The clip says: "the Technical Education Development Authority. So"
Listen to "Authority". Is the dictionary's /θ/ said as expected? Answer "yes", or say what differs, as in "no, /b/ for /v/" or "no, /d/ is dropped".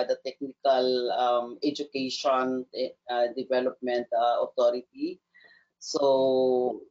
no, /t/ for /θ/